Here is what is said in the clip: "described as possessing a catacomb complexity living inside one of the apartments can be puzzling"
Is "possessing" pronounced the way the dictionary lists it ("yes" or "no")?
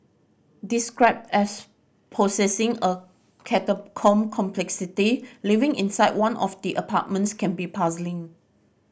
no